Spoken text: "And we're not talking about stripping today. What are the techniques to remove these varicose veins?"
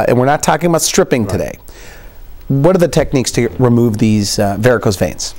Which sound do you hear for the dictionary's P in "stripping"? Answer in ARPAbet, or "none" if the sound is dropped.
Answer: P